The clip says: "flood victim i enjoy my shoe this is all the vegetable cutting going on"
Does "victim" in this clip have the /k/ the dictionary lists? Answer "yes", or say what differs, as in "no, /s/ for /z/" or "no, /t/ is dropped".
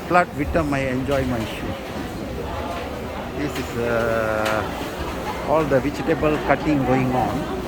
no, /k/ is dropped